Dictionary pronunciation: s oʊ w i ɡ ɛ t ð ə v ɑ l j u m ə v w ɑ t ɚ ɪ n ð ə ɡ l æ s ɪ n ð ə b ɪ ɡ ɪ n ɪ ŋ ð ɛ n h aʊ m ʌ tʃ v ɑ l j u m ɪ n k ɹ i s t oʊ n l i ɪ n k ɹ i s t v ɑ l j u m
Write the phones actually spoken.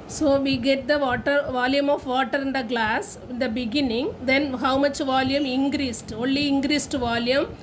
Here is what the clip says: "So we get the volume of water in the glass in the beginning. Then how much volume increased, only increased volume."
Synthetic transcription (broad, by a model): s oʊ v i ɡ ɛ t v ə v ɑ l j u m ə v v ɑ t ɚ ɪ n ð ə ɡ l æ s ɪ n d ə b ɪ ɡ ɪ n ɪ ŋ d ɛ n h aʊ m ʌ tʃ v ɑ l j u m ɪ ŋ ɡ ɹ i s t oʊ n l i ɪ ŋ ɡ ɹ i s t v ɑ l j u m